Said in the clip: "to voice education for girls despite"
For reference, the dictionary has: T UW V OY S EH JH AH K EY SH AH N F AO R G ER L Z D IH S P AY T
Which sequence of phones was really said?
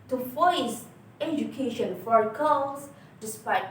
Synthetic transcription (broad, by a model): T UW F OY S EH JH AH K EY SH AH N F AO R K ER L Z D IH S P AY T